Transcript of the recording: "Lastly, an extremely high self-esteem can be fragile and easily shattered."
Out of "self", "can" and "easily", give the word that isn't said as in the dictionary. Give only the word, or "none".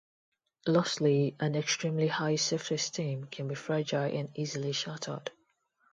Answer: self